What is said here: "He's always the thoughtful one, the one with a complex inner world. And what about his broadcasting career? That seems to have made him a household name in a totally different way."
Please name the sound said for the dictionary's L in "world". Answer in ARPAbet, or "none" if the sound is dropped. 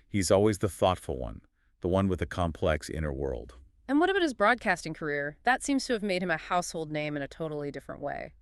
L